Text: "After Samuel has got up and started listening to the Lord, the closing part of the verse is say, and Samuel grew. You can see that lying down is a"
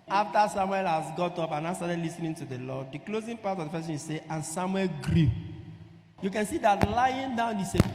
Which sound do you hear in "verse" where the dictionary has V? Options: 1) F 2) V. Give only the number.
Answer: 1